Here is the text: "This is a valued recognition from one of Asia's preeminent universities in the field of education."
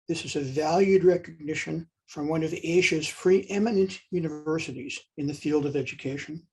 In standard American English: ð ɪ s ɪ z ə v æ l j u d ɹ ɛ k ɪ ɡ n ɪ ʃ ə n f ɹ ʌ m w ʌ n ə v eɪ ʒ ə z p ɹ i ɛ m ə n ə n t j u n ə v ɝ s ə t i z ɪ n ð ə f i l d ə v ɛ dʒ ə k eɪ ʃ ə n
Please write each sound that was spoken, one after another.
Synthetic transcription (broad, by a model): ð ɪ s ɪ z ə v æ l j u d ɹ ɛ k ɪ ɡ n ɪ ʃ ə n f ɹ ʌ m w ʌ n ə v eɪ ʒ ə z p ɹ i ɛ m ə n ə n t j u n ə v ɝ s ə t i z ɪ n ð ə f i l d ə v ɛ dʒ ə k eɪ ʃ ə n